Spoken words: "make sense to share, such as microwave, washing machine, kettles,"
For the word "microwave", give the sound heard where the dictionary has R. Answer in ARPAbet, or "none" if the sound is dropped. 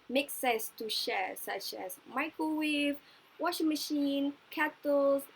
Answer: none